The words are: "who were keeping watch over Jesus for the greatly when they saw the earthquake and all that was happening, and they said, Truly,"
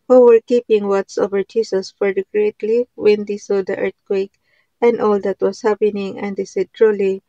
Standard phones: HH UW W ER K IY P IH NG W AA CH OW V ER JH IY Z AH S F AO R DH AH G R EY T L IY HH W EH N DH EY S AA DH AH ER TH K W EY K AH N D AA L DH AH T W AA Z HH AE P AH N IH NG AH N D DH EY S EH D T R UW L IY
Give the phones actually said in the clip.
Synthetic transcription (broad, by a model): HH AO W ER K IY P IH NG W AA S OW V ER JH IY S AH S F AO R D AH G R EY T L IY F W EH N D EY S AA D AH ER T K W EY K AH N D AA L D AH T W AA S HH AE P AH N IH NG AH N D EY S EH D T R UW L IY